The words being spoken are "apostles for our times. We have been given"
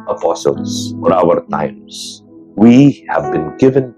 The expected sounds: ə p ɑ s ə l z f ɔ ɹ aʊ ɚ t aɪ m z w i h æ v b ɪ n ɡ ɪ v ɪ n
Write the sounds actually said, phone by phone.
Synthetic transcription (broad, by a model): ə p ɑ s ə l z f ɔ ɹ aʊ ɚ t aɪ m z w i h æ v b ɪ n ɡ ɪ v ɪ n